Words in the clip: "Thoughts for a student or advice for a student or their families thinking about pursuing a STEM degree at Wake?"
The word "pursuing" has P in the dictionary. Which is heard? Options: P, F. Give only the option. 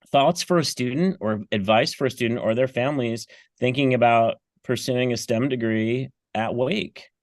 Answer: P